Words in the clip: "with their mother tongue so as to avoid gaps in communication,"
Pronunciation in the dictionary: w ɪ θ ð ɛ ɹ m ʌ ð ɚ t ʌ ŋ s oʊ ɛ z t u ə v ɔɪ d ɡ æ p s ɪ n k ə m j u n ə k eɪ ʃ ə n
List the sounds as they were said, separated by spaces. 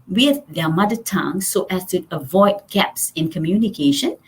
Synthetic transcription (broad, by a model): w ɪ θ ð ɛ m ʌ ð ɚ t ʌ ŋ s oʊ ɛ s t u ə v ɔɪ d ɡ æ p s ɪ n k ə m j u n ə k eɪ ʃ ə n